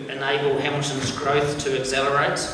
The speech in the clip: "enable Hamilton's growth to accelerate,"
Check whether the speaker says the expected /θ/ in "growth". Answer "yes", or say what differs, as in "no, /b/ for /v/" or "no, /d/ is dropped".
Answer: yes